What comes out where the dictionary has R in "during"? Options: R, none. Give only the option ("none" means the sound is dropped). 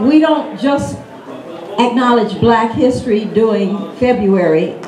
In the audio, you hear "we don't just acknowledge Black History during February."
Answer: none